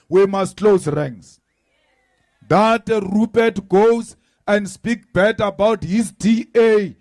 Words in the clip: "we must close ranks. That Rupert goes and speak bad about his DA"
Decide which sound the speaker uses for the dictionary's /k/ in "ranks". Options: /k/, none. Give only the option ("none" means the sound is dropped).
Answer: none